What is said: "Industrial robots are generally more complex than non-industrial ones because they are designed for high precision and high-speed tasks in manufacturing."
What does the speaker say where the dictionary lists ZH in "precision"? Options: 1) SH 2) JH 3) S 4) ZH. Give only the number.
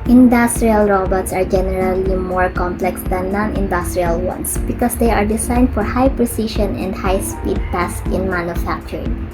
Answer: 1